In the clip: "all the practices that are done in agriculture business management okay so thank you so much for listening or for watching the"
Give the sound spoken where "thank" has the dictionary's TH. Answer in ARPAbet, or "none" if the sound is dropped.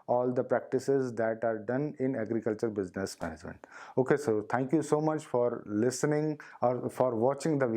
T